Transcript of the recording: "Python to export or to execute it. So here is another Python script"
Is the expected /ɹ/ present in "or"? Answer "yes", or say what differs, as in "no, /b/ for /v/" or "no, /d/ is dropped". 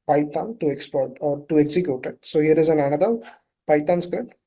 yes